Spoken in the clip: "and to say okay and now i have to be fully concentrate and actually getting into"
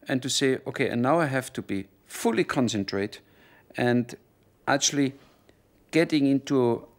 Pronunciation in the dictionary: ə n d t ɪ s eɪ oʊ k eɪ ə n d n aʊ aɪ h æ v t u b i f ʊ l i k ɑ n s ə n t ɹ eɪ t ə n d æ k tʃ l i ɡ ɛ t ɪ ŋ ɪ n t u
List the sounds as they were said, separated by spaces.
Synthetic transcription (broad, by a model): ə n t ɪ s eɪ oʊ k eɪ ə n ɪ n aʊ aɪ h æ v t u b i f ʊ l i k ɑ n s ə n t ɹ eɪ t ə n d æ k tʃ l i ɡ ɛ t ɪ ŋ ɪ n t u